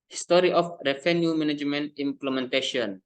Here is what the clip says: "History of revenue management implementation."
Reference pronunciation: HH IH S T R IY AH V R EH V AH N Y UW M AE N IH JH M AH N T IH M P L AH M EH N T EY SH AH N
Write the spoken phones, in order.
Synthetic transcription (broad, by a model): HH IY S T R IY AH F R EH F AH N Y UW M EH N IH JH M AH N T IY M P L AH M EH N T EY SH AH N